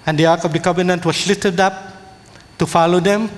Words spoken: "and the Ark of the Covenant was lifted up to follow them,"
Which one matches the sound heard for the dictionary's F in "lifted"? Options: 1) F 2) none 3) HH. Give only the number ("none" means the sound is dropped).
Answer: 2